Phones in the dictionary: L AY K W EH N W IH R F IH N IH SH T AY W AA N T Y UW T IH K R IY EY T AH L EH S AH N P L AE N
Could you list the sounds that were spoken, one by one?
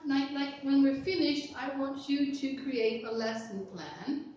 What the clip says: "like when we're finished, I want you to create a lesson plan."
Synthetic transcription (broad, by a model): L AY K W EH N W IH R F IH N IH SH T AY W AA N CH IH T IH K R IY EY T AH L EH S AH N P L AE N